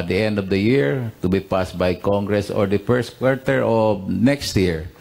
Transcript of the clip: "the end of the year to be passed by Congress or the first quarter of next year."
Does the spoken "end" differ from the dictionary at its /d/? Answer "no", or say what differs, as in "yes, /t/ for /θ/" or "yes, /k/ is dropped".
no